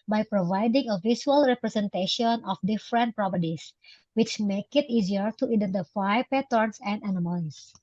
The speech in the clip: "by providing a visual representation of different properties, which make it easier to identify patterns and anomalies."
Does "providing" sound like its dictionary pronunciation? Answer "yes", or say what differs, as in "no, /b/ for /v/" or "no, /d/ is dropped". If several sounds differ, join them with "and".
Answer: yes